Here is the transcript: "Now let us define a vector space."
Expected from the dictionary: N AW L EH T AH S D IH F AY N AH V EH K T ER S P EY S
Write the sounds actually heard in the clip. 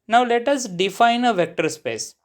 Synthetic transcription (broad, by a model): N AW L EH T AH S D IH F AY N AH V EH K T ER S P EY S